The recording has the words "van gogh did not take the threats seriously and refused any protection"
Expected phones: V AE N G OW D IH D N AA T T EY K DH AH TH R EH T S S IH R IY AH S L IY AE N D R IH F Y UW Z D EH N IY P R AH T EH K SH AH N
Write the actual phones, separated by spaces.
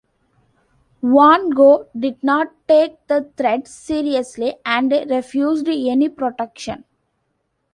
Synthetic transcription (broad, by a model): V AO N G OW D IH D N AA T T EY K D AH T R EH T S S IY R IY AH S L IY AE N D R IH F Y UW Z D EH N IY P R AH T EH K SH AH N